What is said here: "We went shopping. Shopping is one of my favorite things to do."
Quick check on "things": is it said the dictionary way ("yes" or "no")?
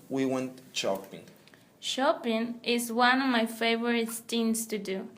no